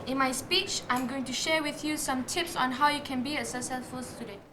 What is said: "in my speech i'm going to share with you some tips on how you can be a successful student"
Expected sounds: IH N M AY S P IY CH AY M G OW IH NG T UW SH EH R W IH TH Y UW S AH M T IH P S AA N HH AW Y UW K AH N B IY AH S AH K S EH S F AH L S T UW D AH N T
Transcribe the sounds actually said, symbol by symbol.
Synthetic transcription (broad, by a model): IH N M AY S P IY CH AY M G OW IH NG T UW SH EH W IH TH Y UW S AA M T IH P S AA N HH AW Y UW K AH N B IY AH S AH S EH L F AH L S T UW D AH N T